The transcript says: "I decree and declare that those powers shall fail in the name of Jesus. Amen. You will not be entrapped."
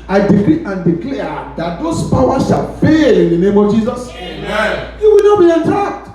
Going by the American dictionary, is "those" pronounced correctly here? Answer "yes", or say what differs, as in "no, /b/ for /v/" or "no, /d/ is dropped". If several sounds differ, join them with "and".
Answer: no, /s/ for /z/